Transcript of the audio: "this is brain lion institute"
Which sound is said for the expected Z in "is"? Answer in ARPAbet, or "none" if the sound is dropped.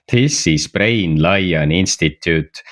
S